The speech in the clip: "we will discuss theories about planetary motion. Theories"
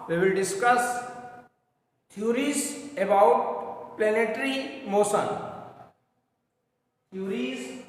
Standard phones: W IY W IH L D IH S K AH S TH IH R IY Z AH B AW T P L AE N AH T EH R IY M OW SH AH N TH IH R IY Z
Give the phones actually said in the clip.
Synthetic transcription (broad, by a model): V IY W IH L D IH S K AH S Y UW R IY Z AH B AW T P L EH N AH T R IY M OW S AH N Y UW R IY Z